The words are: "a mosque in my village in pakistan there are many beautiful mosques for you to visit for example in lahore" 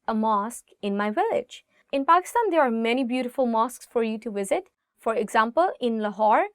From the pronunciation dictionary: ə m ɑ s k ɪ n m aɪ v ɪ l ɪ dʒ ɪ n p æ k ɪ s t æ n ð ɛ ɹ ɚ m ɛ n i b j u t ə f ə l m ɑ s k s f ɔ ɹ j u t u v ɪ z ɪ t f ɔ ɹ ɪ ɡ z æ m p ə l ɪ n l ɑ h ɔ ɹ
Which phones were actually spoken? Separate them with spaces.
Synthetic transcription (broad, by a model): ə m ɑ s k ɪ n m aɪ v ɪ l ɪ dʒ ɪ n p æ k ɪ s t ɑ n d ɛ ɹ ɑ m ɛ n i b j u t ə f ə l m ɑ s k s f ɔ ɹ j u t u v ɪ z ɪ t f ɔ ɹ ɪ ɡ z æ m p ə l ɪ n l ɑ h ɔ ɹ